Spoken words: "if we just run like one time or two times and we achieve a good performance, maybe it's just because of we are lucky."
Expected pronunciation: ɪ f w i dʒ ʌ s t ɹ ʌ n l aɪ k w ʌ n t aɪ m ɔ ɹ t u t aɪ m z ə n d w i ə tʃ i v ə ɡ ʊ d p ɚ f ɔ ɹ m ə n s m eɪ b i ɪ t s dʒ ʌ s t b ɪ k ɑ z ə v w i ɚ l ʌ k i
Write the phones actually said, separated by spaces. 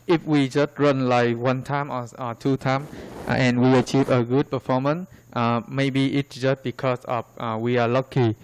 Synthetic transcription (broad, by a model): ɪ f w i dʒ ʌ s t ɹ ʌ n l aɪ k w ʌ n t aɪ m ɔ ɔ t u t aɪ m ə n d w i ə tʃ i v ə ɡ ʊ d p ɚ f ɔ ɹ m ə n s m eɪ b i ɪ t s dʒ ʌ s t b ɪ k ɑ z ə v w i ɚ l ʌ k i